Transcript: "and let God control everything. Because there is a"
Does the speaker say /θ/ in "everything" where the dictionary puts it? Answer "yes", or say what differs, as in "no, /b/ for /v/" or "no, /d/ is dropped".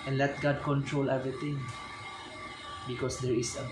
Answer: no, /t/ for /θ/